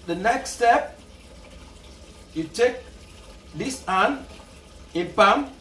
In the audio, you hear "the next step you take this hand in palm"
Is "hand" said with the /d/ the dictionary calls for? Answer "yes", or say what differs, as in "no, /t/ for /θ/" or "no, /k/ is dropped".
no, /d/ is dropped